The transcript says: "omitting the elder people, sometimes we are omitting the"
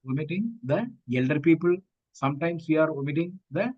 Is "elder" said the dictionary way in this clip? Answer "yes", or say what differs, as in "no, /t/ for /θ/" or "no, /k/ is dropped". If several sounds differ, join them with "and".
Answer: yes